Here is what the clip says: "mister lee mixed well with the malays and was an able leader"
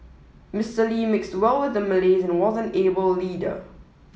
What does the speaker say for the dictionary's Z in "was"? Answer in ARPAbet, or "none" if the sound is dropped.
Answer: Z